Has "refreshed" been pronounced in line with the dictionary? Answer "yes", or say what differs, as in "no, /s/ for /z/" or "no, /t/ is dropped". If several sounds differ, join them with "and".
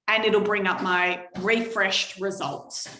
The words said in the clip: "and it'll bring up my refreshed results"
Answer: yes